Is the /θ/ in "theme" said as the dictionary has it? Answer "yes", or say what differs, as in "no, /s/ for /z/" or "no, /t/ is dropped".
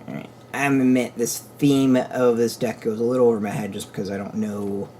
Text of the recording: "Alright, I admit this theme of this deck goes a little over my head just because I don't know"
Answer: yes